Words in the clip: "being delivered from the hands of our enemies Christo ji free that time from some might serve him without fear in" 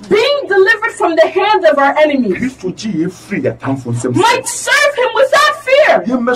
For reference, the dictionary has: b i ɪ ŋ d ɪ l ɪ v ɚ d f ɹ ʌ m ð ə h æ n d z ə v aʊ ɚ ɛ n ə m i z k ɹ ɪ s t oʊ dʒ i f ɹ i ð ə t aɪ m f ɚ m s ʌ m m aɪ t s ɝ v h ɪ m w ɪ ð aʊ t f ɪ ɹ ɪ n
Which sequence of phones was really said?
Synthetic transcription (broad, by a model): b i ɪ ŋ d ɪ l ɪ v ɚ d f ɹ ʌ m ð ə h æ n d z ə v aʊ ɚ ɛ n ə m i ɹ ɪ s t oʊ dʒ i f ɹ i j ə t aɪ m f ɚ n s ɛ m m aɪ t s ɝ v h ɪ m w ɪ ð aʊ t f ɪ ɹ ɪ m